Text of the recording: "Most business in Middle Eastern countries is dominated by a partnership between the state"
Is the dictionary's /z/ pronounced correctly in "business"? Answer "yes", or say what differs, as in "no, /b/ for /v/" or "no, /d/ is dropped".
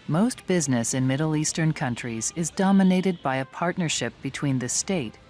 yes